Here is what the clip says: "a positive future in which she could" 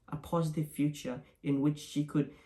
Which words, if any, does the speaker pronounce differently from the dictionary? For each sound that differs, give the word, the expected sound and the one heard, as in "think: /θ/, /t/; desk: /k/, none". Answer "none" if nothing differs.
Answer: none